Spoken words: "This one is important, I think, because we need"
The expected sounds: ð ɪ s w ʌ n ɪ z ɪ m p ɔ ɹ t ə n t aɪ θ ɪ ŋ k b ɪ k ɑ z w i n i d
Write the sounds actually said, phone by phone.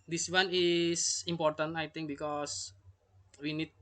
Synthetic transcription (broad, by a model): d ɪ s w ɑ n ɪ s ɪ m p ɔ ɹ t ə n t aɪ t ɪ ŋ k b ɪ k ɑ s w i n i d